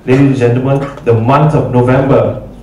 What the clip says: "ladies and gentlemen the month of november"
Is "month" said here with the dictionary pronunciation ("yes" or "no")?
no